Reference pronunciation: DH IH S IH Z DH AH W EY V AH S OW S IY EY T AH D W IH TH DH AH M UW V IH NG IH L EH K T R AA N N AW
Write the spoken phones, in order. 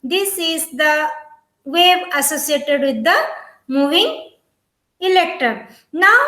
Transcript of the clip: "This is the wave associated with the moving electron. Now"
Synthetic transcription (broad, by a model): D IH S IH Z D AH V EY B AH S OW S IY EY T AH D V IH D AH M UW V IH NG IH L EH K T AA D N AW